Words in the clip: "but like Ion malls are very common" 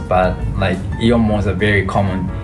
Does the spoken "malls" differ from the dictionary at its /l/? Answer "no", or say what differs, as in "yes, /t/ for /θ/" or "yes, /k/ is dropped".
yes, /l/ is dropped